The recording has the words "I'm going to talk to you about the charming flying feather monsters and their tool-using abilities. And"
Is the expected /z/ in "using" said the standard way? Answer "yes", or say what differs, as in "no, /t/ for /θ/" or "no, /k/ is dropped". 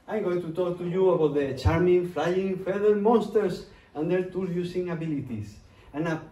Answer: no, /s/ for /z/